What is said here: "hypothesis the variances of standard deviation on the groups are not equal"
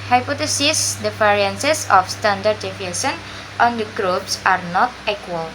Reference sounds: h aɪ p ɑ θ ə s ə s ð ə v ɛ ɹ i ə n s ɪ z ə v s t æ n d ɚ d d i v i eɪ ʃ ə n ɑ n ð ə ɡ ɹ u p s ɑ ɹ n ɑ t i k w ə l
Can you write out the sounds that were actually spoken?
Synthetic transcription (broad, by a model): h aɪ p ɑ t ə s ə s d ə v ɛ ɹ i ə n s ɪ s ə f s t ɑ n d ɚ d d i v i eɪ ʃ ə n ɑ n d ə ɡ ɹ u p s ɑ ɹ n ɑ t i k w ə l